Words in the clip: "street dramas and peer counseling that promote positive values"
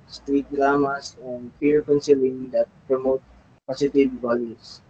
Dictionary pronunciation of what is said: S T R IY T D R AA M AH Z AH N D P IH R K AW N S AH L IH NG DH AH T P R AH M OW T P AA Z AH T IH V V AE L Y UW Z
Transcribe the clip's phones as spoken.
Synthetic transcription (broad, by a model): S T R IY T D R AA M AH S AH N D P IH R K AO N S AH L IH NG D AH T P R AH M OW T P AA S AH T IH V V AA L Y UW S